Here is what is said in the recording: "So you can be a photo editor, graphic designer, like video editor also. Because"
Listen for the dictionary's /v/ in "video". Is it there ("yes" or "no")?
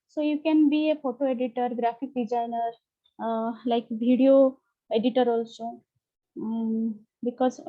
no